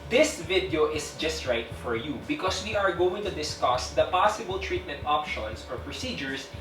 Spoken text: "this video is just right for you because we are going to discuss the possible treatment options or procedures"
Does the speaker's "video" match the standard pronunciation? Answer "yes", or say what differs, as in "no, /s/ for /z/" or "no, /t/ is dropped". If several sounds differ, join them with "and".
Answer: yes